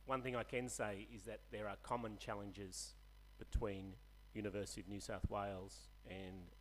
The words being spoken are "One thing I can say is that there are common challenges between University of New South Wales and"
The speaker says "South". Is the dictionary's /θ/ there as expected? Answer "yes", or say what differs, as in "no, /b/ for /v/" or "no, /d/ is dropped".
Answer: yes